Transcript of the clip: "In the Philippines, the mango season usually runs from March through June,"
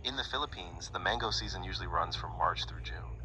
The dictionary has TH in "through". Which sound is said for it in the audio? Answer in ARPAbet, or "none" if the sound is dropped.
TH